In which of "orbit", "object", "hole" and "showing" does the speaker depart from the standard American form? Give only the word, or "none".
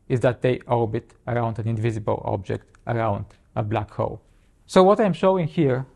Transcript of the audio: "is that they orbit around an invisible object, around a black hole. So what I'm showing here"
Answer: none